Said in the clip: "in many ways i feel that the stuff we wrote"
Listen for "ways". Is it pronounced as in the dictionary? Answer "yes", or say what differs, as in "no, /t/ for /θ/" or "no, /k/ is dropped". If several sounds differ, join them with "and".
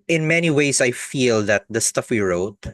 no, /s/ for /z/